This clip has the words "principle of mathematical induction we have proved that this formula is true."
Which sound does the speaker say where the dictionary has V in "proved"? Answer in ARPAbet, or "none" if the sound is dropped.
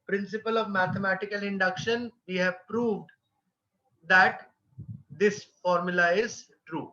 V